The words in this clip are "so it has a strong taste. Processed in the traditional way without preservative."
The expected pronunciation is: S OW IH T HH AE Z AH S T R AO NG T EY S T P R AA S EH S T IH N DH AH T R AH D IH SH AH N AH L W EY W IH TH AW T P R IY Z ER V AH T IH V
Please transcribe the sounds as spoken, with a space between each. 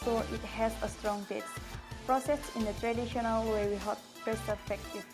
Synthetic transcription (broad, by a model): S OW IH T HH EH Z AH S T R AO NG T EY T P R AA S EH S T IH N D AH T R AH D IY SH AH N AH L W EY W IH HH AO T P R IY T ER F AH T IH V